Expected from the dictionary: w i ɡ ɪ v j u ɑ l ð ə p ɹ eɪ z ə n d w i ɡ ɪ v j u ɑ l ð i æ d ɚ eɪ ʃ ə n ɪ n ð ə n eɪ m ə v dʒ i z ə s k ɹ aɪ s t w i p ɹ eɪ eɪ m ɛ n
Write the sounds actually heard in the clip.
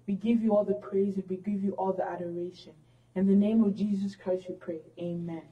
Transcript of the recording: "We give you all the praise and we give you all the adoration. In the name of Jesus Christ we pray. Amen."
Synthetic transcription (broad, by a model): w i ɡ ɪ v j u ɑ l ð ə p ɹ eɪ z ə n w i ɡ ɪ v j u ɑ l ð i æ d ɚ eɪ ʃ ə n ɪ n ð ə n eɪ m ə v dʒ i z ə s k ɹ aɪ s t w i p ɹ eɪ eɪ m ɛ n